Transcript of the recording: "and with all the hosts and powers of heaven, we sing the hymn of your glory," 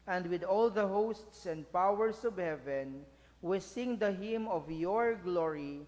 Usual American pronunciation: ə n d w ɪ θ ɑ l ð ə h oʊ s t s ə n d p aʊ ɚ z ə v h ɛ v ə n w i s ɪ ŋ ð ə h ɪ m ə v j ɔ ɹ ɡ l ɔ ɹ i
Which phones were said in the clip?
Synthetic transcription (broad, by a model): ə n d w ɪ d ɑ l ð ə h oʊ s t s ə n d p aʊ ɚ s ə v h ɛ v ə n w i s ɪ ŋ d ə h ɪ m ə v j ɔ ɹ ɡ l ɔ ɹ i